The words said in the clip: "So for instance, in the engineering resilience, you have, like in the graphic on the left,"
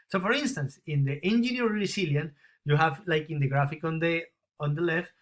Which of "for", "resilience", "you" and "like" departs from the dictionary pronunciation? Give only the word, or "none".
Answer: resilience